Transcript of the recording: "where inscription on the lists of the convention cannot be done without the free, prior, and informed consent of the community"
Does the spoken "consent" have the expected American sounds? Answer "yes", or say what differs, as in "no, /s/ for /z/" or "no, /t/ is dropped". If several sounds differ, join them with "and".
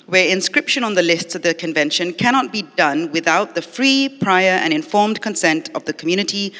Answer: yes